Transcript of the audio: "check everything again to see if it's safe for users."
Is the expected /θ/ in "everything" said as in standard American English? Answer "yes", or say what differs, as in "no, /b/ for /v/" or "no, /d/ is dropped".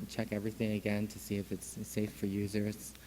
yes